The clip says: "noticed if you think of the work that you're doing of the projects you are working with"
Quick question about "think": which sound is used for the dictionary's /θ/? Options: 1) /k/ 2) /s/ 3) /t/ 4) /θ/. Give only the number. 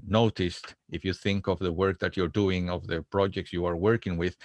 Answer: 4